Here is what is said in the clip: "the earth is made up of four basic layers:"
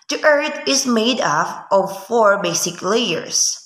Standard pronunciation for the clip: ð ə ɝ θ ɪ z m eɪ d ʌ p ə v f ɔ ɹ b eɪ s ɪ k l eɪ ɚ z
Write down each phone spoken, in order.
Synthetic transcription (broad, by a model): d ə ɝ t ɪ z m eɪ d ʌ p ə v f ɔ ɹ b eɪ s ɪ k l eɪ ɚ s